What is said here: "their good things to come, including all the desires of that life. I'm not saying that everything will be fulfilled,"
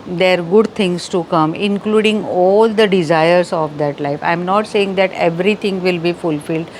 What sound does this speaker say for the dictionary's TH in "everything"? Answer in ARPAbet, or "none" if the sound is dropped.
T